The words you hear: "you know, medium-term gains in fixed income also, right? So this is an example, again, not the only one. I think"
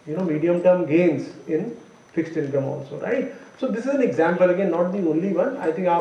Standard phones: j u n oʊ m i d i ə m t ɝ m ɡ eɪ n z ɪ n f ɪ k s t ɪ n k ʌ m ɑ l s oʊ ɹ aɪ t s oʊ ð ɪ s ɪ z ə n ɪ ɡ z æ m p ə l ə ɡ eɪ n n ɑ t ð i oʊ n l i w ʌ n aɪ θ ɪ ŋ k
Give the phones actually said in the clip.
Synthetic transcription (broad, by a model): j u n oʊ m i d i ə m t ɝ m ɡ eɪ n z ɪ n f ɪ k s t ɪ n k ʌ m ɑ l s oʊ ɹ aɪ t s oʊ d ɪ s ɪ z ə n ɪ ɡ z æ m p ə l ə ɡ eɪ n n ɑ t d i oʊ n l i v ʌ n aɪ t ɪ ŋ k